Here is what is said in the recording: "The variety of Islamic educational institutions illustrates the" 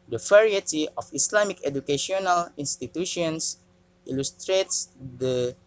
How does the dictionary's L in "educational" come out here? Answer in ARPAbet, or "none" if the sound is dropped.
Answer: L